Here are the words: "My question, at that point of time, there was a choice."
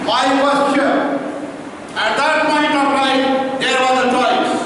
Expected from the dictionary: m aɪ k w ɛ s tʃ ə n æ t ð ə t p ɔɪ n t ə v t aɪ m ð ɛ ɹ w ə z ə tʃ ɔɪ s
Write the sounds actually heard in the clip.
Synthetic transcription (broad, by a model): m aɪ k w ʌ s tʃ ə æ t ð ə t p ɔɪ n t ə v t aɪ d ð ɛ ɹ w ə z ə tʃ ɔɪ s